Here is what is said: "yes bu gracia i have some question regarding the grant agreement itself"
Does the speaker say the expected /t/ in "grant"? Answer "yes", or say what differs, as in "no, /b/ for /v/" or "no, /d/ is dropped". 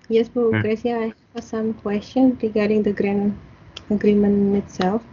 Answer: no, /t/ is dropped